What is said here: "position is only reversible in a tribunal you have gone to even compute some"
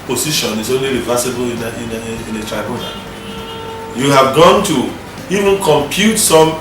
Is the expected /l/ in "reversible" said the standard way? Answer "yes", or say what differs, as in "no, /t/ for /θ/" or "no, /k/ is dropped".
no, /n/ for /l/